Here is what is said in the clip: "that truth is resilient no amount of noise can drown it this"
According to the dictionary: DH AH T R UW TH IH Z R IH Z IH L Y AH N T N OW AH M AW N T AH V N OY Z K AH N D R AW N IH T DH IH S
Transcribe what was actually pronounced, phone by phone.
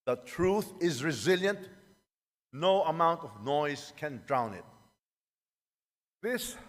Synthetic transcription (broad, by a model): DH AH T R UW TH IH Z R IH Z IH L Y AH N T N OW AH M AW N T AH V N OY Z K AH N D R AW N IH T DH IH S